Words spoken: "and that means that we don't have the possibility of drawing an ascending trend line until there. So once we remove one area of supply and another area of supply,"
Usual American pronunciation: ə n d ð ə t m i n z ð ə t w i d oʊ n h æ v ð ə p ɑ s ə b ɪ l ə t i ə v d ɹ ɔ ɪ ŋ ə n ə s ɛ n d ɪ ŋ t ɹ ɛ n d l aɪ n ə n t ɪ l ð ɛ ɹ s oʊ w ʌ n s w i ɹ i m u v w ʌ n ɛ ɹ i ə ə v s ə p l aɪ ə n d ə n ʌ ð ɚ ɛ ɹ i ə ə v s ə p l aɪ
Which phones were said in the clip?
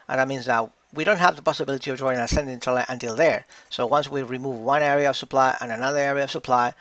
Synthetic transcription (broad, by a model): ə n ð ə t m i n z ð ə t w i d oʊ n h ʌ v ð ə p ɑ s ə b ɪ l ə t i ə v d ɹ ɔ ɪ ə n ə s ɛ n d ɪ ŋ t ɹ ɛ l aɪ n ə n t ɪ l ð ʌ ɹ s oʊ w ʌ n s w i ɹ i m u v w ʌ n ɛ ɹ i ə ə v s ə p l aɪ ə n ə n ʌ ð ɚ ɛ ɹ i ə ə v s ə p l aɪ